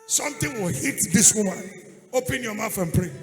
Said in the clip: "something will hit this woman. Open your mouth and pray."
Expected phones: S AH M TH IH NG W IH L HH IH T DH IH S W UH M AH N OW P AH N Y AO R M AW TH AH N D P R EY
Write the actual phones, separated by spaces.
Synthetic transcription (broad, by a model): S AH M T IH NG W IH L HH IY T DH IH S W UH M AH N OW P AH N Y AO M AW F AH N P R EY